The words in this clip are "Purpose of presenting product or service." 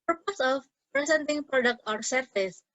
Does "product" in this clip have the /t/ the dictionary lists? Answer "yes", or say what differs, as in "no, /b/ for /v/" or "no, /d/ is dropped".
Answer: yes